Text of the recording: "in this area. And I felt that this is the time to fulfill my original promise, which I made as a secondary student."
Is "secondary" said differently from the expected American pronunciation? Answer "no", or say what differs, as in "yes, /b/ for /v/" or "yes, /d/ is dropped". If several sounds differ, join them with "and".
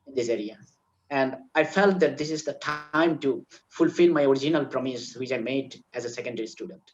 no